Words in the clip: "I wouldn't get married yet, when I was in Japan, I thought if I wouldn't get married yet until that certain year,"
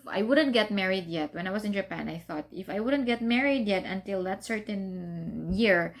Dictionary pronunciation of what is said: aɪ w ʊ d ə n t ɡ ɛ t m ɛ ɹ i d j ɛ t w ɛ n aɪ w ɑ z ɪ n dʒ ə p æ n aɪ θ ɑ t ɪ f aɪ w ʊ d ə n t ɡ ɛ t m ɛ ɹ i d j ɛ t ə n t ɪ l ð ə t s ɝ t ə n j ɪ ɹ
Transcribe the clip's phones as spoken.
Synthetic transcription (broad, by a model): aɪ w ʊ d ə n t ɡ ɛ t m ɛ ɹ i d j ɛ t w ɛ n aɪ w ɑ s ɪ n dʒ ə p æ n aɪ θ ɑ t ɪ f aɪ w ʊ d ə n t ɡ ɛ t m ɛ ɹ i d j ɛ t ə n t ɪ l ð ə t s ɝ t ə n j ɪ ɹ